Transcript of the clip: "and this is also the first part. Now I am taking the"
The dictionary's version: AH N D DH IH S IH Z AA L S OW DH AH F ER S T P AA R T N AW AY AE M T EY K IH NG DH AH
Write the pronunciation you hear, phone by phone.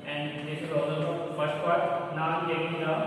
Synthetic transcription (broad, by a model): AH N D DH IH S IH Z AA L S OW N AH F ER S T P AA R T N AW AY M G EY IH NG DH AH